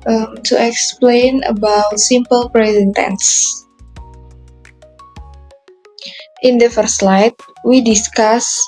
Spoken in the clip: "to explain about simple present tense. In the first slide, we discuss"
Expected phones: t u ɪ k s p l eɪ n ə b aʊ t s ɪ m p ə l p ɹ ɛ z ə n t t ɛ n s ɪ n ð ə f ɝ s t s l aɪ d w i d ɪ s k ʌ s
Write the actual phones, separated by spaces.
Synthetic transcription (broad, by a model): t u ɪ k s p l eɪ n ə b aʊ t s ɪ m p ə l p ɹ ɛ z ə n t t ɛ n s ɪ n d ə f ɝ t s l aɪ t w i d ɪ s k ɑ s